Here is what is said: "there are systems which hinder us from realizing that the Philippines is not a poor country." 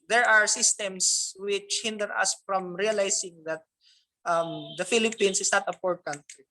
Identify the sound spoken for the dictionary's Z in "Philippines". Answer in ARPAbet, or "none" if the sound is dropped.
S